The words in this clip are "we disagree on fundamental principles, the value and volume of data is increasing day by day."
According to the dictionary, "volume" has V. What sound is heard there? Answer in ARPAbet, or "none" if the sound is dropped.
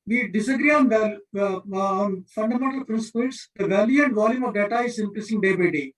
V